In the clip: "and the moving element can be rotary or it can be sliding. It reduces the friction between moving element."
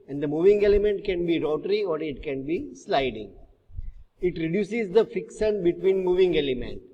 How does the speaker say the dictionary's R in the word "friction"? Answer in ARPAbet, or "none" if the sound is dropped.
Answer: none